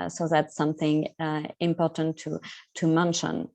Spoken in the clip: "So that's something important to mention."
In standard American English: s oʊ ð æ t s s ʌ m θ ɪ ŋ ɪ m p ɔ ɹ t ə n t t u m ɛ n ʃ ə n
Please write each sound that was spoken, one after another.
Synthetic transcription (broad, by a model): s oʊ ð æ t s s ʌ m θ ɪ ŋ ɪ m p ɔ ɹ t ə n t t u m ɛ n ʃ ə n